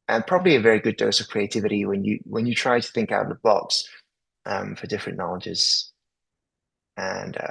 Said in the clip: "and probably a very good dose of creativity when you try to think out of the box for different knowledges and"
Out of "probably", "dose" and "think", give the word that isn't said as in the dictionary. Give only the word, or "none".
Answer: none